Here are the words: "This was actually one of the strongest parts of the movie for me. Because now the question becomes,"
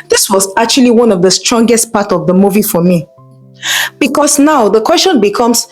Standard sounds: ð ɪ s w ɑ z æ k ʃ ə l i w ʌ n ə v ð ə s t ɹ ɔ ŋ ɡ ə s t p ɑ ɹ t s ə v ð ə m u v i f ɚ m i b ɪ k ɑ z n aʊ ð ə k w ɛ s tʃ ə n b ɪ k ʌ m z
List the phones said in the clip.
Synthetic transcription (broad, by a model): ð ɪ s w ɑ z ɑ k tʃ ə l i w ʌ n ə v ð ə s t ɹ ɔ ŋ ɡ ə s t p ɑ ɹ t ə v ð ə m u v i f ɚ m i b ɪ k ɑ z n aʊ ð ə k w ɛ s tʃ ə n b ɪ k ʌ m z